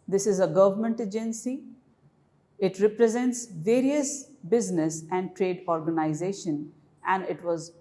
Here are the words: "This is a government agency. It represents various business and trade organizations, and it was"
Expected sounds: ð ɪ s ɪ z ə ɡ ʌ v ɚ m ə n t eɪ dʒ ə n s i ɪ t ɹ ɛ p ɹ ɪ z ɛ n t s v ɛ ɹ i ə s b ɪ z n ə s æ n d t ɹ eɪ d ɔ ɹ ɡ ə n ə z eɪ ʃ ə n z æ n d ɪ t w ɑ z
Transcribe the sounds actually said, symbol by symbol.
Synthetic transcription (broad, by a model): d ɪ s ɪ z ə ɡ ʌ v ɚ m ə n t eɪ dʒ ə n s i ɪ t ɹ ɛ p ɹ ɪ z ɛ n t s v ɛ ɹ i ə s b ɪ z n ə s æ n d t ɹ eɪ d ɔ ɹ ɡ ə n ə z eɪ ʃ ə n æ n d ɪ t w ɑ z